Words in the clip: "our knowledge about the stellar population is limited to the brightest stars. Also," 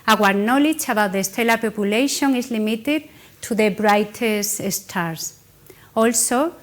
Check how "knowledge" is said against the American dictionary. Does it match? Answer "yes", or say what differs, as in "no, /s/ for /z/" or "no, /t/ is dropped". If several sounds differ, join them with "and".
no, /tʃ/ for /dʒ/